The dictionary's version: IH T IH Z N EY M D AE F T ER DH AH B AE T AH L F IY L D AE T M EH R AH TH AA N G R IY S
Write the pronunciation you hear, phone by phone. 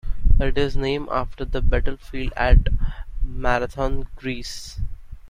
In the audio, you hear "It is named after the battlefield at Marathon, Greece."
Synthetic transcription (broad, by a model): IH T IH Z N EY M AE F T ER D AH B AE T AH L F IY L D AE T M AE R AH T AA N G R IY S